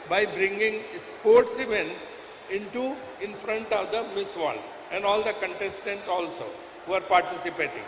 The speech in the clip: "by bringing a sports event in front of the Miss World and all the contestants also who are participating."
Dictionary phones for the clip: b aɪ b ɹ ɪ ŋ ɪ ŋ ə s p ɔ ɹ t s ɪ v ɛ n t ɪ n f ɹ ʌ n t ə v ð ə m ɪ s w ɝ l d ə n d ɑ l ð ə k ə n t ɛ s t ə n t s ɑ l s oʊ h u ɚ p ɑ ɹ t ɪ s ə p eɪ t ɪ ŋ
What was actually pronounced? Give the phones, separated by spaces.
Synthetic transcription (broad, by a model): b aɪ b ɹ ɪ ŋ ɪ ŋ s p ɔ ɹ t s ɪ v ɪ n t ɪ n f ɹ ʌ n t ə v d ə m ɪ s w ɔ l ə n d ɑ l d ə k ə n t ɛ s t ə n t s ɑ l s oʊ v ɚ p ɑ ɹ t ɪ s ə p eɪ t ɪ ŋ